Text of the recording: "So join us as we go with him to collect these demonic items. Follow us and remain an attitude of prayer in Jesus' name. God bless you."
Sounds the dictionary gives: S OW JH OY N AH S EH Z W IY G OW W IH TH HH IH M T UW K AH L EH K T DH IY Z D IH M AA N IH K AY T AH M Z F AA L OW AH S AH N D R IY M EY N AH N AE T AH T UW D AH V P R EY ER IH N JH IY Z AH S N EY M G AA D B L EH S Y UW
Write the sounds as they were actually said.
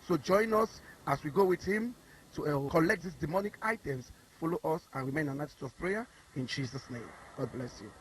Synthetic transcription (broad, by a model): S OW JH OY N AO S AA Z W IY G OW W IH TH HH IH M T UW K AH L EH K T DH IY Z D IH M AA N IH K AY T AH M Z F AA L OW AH S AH N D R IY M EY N AH N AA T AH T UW AH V P R EY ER IH N JH IY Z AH S N EY M G AA D B L EH S Y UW